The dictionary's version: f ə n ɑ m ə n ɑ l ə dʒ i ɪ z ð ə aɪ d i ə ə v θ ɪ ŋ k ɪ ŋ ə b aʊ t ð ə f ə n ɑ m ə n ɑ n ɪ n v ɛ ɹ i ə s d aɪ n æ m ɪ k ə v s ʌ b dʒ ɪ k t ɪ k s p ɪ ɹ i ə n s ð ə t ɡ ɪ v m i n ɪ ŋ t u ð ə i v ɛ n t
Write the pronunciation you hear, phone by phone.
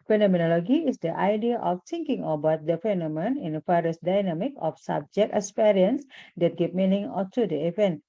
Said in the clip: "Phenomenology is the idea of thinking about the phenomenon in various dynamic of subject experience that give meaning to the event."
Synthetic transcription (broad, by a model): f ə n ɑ m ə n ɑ l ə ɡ i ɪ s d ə aɪ d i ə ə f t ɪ ŋ k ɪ ŋ ə b aʊ t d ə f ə n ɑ m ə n n ɪ n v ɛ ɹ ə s d aɪ n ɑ m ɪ k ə f s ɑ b dʒ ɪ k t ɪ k s p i ɹ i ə n s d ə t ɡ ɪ p m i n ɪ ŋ t u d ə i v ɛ n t